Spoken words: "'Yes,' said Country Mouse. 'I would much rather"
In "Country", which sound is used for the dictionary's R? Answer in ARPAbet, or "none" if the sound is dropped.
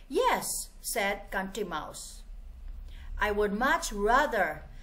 none